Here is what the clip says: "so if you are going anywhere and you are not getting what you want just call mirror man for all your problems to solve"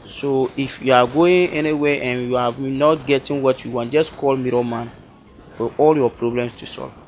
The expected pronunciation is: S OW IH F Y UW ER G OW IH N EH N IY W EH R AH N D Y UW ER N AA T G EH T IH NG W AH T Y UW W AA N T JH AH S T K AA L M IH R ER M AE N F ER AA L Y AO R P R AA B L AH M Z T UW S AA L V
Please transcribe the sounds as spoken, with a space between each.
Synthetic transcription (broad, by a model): S OW IH F Y UW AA G OW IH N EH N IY W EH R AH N Y UW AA N AA T G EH T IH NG W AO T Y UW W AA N JH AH S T K AA L M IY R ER M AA N F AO AA L Y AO P R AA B L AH M S T UW S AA L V